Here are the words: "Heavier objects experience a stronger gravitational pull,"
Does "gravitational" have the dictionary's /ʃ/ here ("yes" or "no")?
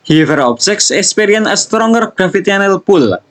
no